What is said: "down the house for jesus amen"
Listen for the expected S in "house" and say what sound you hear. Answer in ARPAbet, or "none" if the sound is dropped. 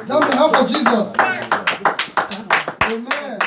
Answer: none